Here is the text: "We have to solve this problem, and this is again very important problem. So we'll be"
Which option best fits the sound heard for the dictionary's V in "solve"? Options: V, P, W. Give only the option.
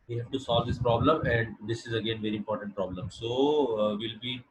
V